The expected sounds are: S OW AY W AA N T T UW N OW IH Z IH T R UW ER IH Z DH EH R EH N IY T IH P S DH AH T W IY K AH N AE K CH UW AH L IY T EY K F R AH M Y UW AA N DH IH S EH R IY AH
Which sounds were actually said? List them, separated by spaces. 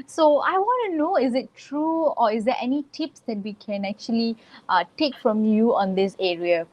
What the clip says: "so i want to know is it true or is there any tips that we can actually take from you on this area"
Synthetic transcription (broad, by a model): S OW AY W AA N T T UW N OW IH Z IH T R UW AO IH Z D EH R EH N IY T IH P S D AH T W IY K AH N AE K CH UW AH L IY T EY K F R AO M Y UW AA N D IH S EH R IY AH